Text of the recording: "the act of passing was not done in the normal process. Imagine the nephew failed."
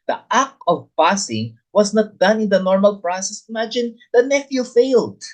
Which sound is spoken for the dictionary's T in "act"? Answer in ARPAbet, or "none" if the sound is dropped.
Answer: none